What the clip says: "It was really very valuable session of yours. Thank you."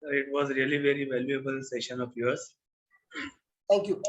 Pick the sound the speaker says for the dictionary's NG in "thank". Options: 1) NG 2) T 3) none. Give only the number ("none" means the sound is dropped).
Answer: 3